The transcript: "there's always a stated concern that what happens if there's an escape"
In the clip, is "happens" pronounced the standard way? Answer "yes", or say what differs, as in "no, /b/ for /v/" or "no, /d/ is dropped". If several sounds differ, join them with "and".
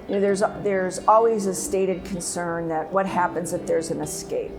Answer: yes